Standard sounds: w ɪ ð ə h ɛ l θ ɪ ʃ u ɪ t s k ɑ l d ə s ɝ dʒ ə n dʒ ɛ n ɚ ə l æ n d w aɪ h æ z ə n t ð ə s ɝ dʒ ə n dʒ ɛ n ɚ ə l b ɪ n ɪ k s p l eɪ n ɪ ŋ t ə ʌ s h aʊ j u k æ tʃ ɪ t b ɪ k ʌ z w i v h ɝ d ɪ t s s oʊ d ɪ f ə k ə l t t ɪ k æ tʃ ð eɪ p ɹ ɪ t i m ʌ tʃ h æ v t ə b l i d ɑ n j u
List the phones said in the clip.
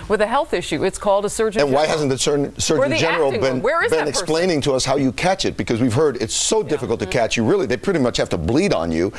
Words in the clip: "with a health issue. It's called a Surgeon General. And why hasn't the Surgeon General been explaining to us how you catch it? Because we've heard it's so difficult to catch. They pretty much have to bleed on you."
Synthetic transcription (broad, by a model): w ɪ ð ə h ɛ l θ ɪ ʃ u ɪ t s k ɑ l d ə s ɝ ə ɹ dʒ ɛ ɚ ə n w aɪ h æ z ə n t ð ə s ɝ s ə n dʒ ɛ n ɚ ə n b ɪ n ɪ k s p l eɪ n ɪ ŋ t ə ʌ s h aʊ j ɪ k æ tʃ ɪ t b ɪ k ʌ z w i v h ɝ d ɪ t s s oʊ d ɪ f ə k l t t ɪ k æ tʃ ð eɪ p ɹ ɪ t i m ʌ tʃ h æ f t ə b l i d n j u